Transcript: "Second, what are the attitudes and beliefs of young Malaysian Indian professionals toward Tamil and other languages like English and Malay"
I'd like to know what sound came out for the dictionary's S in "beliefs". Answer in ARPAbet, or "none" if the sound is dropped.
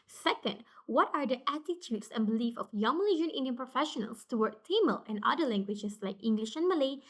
none